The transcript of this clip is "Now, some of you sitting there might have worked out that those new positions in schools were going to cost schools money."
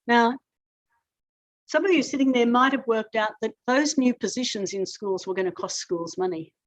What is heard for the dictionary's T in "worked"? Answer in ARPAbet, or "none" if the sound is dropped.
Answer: T